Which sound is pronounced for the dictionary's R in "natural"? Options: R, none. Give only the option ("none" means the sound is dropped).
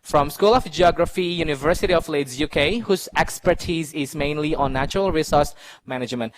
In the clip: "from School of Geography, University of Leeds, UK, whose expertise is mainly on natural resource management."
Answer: R